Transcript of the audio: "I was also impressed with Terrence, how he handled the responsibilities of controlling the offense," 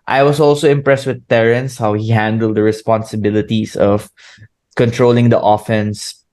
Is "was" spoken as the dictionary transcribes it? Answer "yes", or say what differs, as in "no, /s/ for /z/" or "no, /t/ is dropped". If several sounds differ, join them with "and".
no, /s/ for /z/